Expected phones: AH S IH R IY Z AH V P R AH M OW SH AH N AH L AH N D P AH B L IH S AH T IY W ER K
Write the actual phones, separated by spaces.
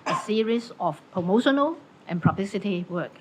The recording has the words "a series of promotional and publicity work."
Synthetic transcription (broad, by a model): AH S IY R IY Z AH F P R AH M OW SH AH N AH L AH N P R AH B L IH S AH T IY W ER K